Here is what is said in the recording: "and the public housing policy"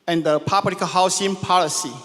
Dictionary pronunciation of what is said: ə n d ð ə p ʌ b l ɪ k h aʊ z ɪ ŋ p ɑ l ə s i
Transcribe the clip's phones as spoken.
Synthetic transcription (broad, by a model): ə n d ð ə p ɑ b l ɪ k h aʊ s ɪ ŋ p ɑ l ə s i